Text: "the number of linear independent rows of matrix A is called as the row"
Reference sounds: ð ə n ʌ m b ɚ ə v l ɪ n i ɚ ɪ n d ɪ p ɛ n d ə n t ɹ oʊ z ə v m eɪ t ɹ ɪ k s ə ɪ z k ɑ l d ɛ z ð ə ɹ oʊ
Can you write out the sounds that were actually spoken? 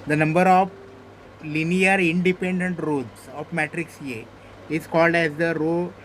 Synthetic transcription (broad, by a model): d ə n ʌ m b ɚ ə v l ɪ n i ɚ ɪ n d ɪ p ɛ n d ə n t ɹ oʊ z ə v m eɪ t ɹ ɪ k s ə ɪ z k ɑ l d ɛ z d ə ɹ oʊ